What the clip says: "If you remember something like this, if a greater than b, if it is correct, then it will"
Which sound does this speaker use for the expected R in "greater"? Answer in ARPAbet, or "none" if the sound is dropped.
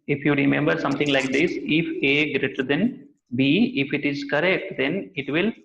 R